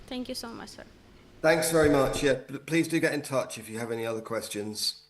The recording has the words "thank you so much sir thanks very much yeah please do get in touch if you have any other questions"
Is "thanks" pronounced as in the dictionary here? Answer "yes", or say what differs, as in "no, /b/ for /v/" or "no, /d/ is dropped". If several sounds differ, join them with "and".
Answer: yes